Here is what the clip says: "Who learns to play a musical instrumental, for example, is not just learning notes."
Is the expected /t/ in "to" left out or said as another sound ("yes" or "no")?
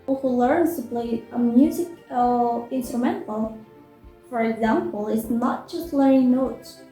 yes